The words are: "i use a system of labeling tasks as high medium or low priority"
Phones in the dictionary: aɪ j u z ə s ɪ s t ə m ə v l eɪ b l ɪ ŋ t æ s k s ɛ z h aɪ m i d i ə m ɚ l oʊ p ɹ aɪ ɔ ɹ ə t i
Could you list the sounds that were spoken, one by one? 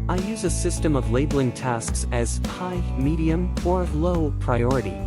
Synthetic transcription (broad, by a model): aɪ j u z ə s ɪ s t ə m ə v l eɪ b l ɪ ŋ t æ s k s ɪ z h aɪ m i d i ə m ɚ l oʊ p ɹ aɪ ɔ ɹ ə t i